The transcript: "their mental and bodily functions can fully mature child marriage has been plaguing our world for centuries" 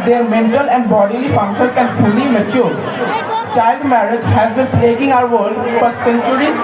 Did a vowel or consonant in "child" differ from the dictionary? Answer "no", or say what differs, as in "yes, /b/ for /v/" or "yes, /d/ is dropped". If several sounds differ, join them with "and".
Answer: no